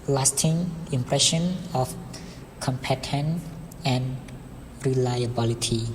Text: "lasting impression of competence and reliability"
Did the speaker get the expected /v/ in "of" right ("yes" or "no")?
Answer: no